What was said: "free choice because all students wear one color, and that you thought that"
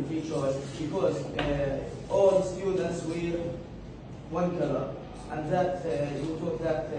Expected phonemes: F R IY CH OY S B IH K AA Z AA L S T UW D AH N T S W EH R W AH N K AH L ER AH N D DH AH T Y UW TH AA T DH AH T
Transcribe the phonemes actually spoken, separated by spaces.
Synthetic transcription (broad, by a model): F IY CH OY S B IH K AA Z AA L S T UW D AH N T S W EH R W AH N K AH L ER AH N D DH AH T Y UW T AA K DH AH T